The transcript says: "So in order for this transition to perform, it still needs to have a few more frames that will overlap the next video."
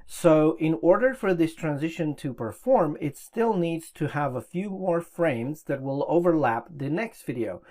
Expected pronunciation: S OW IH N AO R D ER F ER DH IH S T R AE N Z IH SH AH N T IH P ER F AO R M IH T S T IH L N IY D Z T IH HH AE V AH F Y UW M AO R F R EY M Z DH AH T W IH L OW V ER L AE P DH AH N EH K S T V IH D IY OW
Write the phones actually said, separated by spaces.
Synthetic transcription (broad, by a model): S OW IH N AO R D ER F ER DH IH S T R AE N Z IH SH AH N T IH P ER F AO R M IH T S T IH L N IY D Z T IH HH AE V AH F Y UW M AO R F R EY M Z DH AH T W IH L OW V ER L AE P DH AH N EH K S T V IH D IY OW